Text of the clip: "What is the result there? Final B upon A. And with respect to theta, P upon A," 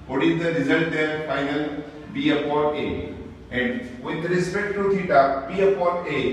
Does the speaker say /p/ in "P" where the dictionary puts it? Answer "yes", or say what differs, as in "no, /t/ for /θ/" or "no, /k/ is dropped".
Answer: no, /b/ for /p/